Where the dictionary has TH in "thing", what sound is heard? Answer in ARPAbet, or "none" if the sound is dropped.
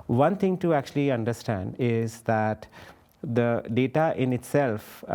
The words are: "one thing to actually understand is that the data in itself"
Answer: T